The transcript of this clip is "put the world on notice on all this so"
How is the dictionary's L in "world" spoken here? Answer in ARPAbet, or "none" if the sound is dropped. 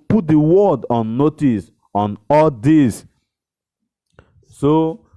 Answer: none